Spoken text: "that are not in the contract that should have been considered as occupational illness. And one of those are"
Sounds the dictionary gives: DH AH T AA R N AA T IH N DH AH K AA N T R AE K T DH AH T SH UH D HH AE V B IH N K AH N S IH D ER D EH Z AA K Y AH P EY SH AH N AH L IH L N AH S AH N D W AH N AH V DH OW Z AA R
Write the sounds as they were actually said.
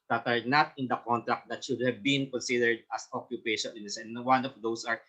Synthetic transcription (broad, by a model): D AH T AA R N AA T IH N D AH K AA N T R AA K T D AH T SH UH D HH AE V B IH N K AH N S IH D ER D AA S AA K Y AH P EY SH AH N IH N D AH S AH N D W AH N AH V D OW S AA R